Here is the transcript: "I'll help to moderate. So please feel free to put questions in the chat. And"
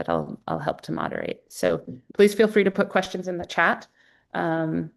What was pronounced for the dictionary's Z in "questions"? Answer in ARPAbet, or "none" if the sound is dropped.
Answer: Z